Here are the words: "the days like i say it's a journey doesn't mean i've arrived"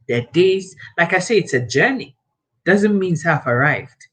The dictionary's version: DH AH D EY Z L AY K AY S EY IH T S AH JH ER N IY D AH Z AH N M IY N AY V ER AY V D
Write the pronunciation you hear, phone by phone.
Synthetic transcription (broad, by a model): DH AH D EY Z L AY K AY S EY IH T S AH JH ER N IY D AH Z AH N M IY N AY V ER AY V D